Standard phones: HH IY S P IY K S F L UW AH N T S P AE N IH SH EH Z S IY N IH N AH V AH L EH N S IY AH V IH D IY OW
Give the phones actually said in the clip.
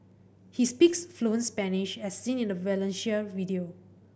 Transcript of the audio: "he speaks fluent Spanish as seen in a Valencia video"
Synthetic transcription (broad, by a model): HH IY S P IY K S F L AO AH N S P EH N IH SH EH S IY N IH N AH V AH L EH N SH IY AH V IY D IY OW